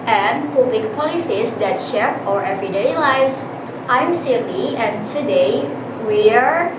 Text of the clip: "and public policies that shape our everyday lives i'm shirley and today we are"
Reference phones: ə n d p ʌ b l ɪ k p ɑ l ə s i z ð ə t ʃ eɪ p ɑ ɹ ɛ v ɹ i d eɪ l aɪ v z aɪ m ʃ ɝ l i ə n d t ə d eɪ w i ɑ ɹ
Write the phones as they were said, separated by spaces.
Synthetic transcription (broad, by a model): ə n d p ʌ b l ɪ k p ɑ l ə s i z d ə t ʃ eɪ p ɑ ɹ ɛ v ɹ i d eɪ l aɪ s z aɪ m s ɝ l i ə n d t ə d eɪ w i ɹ